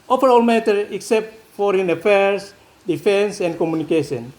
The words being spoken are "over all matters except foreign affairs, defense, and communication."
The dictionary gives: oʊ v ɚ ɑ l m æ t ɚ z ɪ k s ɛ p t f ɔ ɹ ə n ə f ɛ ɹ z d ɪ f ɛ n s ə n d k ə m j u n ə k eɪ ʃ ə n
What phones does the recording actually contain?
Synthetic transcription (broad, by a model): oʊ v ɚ ɑ l m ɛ t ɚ ɪ k s ɛ p t f ɔ ɹ ə n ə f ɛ ɹ s d ɪ f ɛ n s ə n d k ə m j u n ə k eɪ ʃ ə n